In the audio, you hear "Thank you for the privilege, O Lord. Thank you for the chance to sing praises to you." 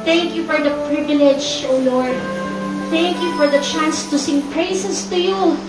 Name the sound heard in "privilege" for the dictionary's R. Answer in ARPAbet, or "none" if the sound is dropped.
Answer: R